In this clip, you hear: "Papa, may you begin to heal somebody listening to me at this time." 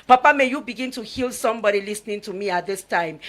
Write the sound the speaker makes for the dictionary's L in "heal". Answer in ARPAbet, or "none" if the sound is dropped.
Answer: L